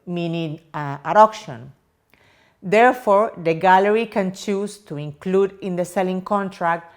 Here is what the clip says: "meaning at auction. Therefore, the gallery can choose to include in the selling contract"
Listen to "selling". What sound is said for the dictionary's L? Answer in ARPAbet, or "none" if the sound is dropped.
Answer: L